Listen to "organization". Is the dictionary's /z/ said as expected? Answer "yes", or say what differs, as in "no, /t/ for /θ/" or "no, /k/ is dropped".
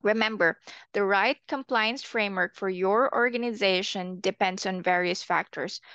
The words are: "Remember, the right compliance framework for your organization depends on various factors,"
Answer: yes